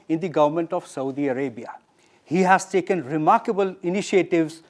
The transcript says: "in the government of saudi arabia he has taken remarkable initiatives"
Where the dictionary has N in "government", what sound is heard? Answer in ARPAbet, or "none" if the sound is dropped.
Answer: N